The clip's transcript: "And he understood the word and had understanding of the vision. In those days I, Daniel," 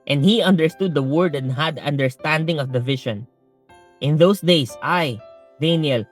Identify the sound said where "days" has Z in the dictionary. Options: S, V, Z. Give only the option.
S